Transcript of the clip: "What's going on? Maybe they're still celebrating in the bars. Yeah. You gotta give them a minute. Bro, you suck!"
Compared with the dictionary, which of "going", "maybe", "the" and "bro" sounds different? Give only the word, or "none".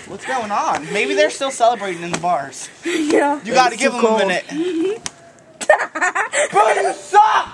bro